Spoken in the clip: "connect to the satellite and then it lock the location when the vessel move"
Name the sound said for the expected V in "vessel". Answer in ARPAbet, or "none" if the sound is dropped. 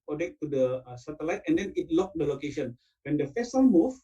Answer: F